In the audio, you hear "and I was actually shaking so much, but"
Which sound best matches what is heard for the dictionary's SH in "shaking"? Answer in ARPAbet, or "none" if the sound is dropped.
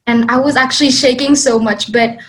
SH